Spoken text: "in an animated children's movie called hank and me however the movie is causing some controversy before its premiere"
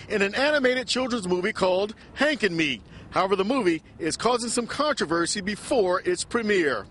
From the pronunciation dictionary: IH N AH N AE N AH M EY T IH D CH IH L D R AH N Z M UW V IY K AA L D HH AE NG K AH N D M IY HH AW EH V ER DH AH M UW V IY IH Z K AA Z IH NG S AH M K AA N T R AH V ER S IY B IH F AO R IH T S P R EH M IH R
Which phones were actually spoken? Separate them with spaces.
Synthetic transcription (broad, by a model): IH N AH N AE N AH M EY T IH D CH IH L D R AH N Z M UW V IY K AA L D HH AE NG K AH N M IY HH AW EH V ER DH AH M UW V IY IH Z K AA Z IH NG S AH M K AA N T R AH V ER S IY B IH F AO R IH T S P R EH M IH R